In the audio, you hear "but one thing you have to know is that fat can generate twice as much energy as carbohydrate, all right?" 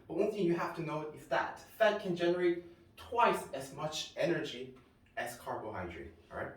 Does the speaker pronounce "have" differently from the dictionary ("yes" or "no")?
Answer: yes